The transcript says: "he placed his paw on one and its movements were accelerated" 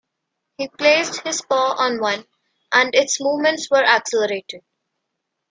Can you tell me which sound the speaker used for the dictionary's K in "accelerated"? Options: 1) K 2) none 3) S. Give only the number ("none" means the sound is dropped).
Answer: 1